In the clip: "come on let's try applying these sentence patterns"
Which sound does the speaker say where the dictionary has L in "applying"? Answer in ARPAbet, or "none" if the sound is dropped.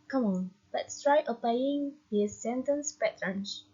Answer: none